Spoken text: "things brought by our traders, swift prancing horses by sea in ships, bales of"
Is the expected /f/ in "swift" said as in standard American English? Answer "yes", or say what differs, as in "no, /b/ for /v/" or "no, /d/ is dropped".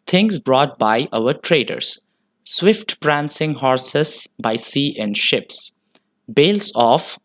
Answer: yes